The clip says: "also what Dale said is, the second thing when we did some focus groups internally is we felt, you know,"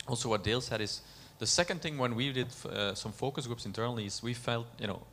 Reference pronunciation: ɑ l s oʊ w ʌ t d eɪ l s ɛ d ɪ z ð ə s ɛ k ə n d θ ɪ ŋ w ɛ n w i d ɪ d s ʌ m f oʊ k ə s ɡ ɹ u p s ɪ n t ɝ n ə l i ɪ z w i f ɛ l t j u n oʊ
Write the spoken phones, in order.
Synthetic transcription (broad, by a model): ɑ l s oʊ w ʌ t d eɪ l s ɛ d ɪ z ð ə s ɛ k ə n d θ ɪ ŋ w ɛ n w i d ɪ d s ʌ m f oʊ k ə s ɡ ɹ u p s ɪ n t ɝ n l i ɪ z w i f ɛ l t j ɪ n oʊ